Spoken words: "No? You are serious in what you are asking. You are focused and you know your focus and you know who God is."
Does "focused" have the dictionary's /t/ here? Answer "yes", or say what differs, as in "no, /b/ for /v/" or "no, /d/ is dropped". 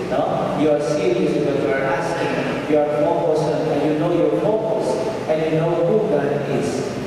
no, /t/ is dropped